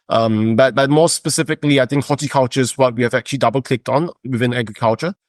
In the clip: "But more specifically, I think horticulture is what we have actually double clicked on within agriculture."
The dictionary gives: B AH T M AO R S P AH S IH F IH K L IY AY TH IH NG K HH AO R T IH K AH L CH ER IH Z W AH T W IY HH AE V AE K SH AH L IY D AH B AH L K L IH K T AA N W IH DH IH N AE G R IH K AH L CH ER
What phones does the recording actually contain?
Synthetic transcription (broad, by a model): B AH T M AO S S P AH S IH F IH K L IY AY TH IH NG K HH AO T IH K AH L CH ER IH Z W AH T W IY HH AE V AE K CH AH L IY D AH B AH L K L IH K T AA N W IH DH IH N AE G R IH K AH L CH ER